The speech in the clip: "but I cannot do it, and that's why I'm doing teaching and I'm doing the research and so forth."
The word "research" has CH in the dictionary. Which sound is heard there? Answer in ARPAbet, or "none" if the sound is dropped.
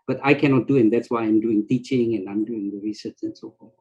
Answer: S